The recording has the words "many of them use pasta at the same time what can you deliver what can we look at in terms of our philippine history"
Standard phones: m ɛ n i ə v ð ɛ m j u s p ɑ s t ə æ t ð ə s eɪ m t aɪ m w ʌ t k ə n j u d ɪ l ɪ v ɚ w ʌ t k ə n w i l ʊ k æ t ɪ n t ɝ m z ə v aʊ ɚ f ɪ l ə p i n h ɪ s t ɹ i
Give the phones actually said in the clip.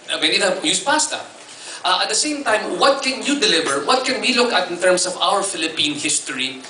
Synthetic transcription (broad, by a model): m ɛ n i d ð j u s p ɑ s t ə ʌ t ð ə s eɪ m t aɪ m w ʌ t k ə n j u d ɪ l ɪ v ɚ w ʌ t k ə n w i l ʊ k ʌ t ɪ n t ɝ m s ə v aʊ ɚ f ɪ l ə p i n h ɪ s t ɹ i